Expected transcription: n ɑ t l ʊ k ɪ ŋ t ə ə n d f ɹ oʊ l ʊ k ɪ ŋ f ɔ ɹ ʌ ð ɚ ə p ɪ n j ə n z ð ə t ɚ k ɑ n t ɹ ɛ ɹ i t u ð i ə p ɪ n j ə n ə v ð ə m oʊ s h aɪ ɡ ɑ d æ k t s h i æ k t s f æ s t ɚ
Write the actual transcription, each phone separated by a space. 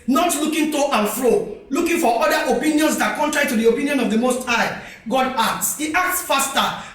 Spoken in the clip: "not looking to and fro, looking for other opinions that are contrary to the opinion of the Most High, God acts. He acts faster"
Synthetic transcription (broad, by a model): n ɑ t l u k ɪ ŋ t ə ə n f ɹ oʊ l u k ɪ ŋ f ɔ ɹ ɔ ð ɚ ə p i n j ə n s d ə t k ɑ n t ɹ ɛ ɹ i t u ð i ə p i n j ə n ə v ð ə m oʊ s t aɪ ɡ ɑ d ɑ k t s h i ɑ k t s f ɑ s t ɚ